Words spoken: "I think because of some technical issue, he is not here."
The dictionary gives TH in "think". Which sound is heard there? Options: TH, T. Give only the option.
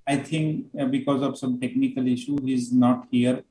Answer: T